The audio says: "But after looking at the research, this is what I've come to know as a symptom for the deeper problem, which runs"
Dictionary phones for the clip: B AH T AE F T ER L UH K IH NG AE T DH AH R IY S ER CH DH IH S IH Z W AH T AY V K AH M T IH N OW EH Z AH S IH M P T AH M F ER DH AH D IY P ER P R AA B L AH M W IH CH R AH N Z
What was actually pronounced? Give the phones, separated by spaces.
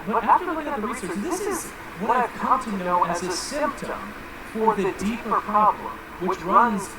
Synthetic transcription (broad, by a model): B AH T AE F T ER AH IH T DH AH R IY S ER CH DH IH S IH Z W AH T AY K AH M T IH N OW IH Z AH S IH M P T AH M F ER DH AH D IY P ER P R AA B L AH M W IH CH R AH N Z